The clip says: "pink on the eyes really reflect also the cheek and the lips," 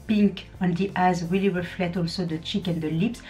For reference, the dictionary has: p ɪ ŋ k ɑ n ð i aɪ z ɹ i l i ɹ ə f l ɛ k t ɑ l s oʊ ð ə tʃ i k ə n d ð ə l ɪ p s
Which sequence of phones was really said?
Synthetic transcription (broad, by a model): p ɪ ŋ k ɑ n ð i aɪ z w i l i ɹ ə f l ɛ t ɑ l s oʊ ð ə tʃ i k ə n d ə l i p s